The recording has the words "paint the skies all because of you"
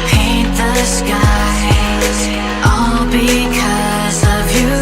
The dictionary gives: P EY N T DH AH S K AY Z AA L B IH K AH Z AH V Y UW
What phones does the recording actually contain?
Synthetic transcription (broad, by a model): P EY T DH AH S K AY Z AA L B IH K AH Z AH V Y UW